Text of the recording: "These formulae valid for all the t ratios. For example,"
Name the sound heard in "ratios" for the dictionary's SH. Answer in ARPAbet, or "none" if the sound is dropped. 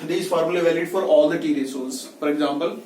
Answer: S